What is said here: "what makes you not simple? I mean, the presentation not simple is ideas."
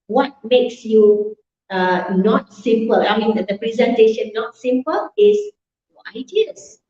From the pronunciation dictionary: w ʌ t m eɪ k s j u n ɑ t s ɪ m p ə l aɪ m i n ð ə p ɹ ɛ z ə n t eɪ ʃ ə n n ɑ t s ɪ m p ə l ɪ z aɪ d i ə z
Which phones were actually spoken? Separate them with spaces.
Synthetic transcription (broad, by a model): w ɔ t m eɪ k s j u n ɑ t s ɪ m p ə l aɪ m i n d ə p ɹ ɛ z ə n t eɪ ʃ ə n n ɑ t s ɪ m p ə l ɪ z aɪ d i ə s